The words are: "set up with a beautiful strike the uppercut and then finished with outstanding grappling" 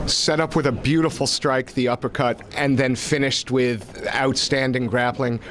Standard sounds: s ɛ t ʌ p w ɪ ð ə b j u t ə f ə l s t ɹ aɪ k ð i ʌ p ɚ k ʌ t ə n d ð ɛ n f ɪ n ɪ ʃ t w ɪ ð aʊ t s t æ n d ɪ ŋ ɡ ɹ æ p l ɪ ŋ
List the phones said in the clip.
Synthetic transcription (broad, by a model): s ɛ t ʌ p w ɪ ð ə b j u t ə f l s t ɹ aɪ k ð i ʌ p ɚ k ʌ t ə n ð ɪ n f ɪ n ɪ ʃ t w ɪ ð aʊ t s t æ n d ɪ ŋ ɡ ɹ æ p l ɪ ŋ